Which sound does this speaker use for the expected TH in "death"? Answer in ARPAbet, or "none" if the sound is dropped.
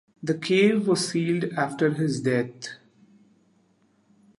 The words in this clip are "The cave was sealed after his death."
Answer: T